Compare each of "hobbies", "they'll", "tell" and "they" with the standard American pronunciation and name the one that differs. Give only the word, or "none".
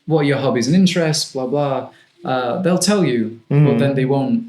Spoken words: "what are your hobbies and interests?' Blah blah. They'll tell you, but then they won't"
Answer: none